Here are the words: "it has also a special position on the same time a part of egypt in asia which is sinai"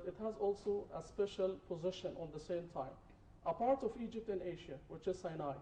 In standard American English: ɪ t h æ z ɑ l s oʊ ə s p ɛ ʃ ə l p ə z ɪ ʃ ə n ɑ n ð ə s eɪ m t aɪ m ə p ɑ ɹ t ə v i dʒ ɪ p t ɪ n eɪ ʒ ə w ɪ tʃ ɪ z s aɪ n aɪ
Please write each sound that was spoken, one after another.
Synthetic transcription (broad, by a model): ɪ t h æ z ɑ l s oʊ ə s p ɛ ʃ ə l p ə z ɪ ʃ ə n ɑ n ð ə s eɪ m t aɪ m ə p ɑ ɹ t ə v i dʒ ɪ p t ɪ n eɪ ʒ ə w ɪ tʃ ɪ z s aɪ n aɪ